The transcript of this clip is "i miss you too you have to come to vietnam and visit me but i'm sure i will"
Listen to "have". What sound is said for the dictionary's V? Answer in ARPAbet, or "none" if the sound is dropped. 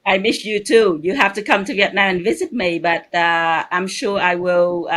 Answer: F